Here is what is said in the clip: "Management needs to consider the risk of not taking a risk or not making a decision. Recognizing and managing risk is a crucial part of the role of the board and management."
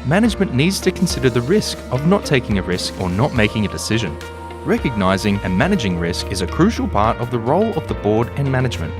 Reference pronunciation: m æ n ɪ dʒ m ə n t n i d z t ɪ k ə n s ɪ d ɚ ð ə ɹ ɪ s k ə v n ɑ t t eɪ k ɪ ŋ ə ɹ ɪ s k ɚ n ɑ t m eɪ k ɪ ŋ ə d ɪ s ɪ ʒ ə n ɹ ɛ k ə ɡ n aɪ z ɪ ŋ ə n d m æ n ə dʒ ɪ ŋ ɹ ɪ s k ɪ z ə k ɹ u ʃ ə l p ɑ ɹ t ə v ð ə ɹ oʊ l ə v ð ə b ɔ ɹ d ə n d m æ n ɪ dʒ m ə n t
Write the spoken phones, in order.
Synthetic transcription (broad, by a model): m æ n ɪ dʒ m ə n n i d z t ɪ k n s ɪ d ɚ ð ə ɹ ɪ s k ə v n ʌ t t eɪ k ɪ ŋ ə ɹ ɪ s k ɚ n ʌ t m eɪ k ɪ ŋ ə d ɪ s ɪ ʒ ə n ɹ ɛ k ə ɡ n aɪ z ɪ ŋ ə n m æ n ə dʒ ɪ ŋ ɹ ɪ s k ɪ z ə k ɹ u ʃ l p ɑ ɹ t ə v ð ə ɹ oʊ l ə v ð ə b ɔ ɹ d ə n m æ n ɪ dʒ m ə n t